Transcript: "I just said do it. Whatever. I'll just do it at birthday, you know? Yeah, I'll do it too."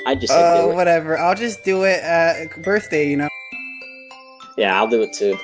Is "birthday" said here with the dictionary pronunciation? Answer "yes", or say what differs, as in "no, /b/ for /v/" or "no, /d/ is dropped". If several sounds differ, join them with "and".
yes